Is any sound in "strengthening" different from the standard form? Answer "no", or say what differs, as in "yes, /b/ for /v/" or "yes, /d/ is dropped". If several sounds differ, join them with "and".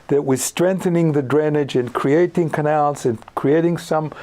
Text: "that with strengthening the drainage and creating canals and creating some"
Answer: no